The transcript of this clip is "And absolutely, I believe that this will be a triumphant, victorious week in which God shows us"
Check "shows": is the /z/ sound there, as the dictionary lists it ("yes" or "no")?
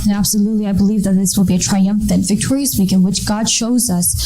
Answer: yes